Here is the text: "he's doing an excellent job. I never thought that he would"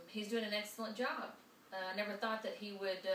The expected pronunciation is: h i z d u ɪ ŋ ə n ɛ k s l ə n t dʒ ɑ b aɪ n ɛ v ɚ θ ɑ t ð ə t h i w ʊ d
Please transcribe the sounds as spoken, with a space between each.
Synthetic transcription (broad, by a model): h i z d u ɪ ŋ ə n ɛ k s l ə n dʒ ɑ b aɪ n ɛ v ɚ θ ɑ t ð ə t h i w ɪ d